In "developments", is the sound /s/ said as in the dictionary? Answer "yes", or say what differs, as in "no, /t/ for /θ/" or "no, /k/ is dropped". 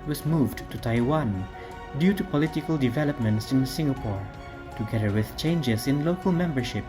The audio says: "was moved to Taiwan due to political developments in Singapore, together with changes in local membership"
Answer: yes